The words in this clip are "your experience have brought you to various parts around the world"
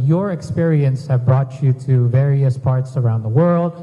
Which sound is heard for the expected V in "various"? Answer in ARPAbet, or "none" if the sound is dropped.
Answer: V